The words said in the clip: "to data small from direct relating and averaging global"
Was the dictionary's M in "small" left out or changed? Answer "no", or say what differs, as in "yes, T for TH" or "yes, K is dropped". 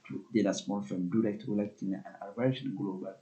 no